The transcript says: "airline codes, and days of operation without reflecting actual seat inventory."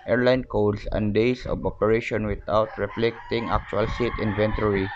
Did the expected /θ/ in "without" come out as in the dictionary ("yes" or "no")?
no